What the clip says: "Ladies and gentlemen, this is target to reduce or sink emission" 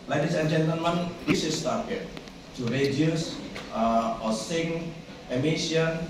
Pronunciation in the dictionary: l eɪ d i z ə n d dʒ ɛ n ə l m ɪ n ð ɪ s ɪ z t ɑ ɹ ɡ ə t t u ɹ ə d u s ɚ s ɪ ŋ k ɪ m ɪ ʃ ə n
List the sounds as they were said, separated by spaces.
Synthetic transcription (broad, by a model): l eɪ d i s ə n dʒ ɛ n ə n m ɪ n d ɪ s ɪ s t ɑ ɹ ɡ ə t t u ɹ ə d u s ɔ s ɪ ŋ ɪ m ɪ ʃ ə n